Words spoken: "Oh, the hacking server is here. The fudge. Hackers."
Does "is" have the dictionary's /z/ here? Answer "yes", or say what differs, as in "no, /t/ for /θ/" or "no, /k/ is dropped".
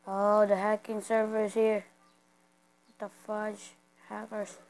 no, /s/ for /z/